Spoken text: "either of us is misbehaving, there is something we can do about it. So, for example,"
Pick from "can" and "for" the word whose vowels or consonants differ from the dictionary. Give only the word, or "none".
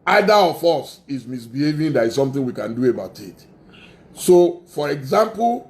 none